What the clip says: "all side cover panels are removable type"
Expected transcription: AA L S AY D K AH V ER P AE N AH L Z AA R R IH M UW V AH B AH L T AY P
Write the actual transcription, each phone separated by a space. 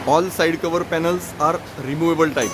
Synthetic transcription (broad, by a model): AA L S AY D K AH V ER P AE N AH L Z AA R R IH M UW V AH B AH L T AY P